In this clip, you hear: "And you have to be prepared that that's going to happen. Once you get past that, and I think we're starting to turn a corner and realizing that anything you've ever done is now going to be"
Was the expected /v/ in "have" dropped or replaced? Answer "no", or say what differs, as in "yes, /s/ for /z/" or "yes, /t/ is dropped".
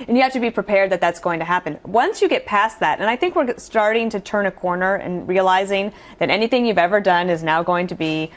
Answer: yes, /f/ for /v/